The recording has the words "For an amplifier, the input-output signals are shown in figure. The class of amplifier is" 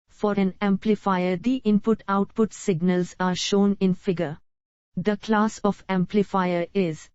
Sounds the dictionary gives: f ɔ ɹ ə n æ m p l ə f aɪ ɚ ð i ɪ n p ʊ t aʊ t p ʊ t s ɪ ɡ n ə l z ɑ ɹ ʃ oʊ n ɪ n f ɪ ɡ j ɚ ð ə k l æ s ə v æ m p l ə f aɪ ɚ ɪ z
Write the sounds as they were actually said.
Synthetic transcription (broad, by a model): f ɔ ɹ ə n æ m p l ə f aɪ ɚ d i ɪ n p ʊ t aʊ t p ʊ t s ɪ ɡ n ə l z ɑ ɹ ʃ oʊ n ɪ n f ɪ ɡ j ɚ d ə k l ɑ s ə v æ m p l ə f aɪ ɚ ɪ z